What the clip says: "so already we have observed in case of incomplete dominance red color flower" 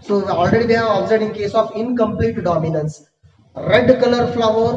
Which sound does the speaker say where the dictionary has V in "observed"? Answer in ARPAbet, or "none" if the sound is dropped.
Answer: none